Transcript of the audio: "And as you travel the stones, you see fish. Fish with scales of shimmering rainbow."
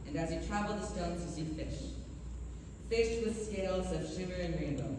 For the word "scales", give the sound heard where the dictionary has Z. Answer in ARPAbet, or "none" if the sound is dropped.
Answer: Z